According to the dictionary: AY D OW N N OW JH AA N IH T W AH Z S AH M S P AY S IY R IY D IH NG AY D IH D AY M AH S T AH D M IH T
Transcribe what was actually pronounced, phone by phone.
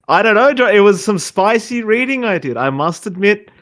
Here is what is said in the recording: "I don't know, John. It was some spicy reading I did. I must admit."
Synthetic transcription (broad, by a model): AY D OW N N OW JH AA IH T W AH Z S AH M S P AY S IY R IY D IH NG AY D IH D AY M AH S T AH D M IH T